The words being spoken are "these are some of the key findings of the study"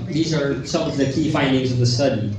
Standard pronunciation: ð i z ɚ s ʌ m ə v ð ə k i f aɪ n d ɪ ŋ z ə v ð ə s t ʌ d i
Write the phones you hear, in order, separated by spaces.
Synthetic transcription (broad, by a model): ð i z ɚ s ʌ m ə v ð ə k i f aɪ n d ɪ ŋ z ə v ð ə s t ʌ d i